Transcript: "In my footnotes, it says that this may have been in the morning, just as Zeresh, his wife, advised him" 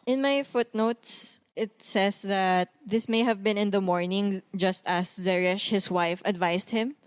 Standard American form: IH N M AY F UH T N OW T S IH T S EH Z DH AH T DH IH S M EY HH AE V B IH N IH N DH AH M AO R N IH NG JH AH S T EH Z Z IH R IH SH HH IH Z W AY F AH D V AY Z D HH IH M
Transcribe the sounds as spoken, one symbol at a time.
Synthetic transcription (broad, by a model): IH N M AY F UH T N OW T S IH T S EH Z DH AH T DH IH S M EY HH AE V B IH N IH N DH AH M AO R N IH NG JH AH S T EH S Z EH R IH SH HH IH S W AY F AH D V AY S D HH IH M